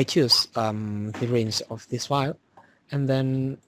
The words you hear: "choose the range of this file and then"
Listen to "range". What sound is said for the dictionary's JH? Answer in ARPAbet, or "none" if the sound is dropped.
Z